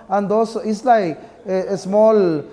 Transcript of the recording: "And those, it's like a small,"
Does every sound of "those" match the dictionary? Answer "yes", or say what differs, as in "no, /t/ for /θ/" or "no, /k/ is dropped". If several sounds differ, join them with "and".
no, /s/ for /z/